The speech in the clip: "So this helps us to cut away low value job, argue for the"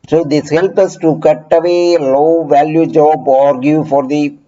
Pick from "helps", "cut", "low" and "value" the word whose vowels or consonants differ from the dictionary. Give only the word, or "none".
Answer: helps